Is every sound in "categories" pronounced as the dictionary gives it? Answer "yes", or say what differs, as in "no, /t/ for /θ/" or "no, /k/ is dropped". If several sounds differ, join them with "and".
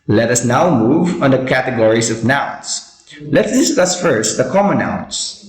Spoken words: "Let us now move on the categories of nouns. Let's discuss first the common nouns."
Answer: no, /s/ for /z/